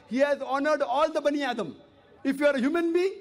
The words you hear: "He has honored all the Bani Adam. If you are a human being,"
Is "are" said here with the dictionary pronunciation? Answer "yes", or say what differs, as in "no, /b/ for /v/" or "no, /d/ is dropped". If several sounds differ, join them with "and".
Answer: yes